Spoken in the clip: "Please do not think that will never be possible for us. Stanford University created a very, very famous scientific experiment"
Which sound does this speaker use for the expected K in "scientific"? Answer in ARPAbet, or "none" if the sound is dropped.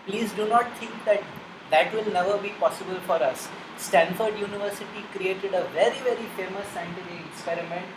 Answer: none